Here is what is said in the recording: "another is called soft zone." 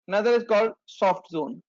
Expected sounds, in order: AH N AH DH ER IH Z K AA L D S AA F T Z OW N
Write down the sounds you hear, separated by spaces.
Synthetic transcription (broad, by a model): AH N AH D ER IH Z K AA L D S AA F T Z OW N